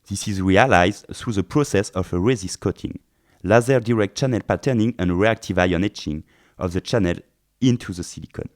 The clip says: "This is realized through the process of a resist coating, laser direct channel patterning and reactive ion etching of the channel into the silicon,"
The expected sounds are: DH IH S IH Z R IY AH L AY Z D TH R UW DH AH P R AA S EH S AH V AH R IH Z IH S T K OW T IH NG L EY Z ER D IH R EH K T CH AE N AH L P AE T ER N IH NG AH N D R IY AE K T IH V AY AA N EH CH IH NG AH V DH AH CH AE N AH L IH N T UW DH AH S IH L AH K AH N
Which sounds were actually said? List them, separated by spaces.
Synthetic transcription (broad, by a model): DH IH S IH Z R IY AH L AY Z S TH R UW DH AH P R AA S EH S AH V AH R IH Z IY S K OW T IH NG L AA Z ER D IH R EH K T CH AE N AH L P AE T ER N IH NG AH N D R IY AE K T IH V AY AA N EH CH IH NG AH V DH AH CH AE N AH L IH N T UW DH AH S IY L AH K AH N